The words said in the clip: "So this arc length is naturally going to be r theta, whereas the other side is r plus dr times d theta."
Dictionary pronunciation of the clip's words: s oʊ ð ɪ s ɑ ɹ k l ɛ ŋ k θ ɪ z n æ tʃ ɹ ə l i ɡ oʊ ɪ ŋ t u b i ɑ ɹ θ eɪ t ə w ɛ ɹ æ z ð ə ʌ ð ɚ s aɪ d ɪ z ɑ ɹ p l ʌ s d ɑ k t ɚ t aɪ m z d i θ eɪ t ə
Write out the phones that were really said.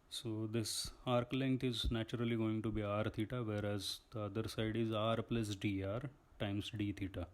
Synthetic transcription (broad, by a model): s oʊ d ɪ s ɑ ɹ k l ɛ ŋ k t ɪ z n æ tʃ ɹ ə l i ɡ oʊ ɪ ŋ t u b i ɑ ɹ t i t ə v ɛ ɹ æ z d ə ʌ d ɚ s aɪ d ɪ z ɑ ɹ p l ʌ s d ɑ t t aɪ m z d i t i t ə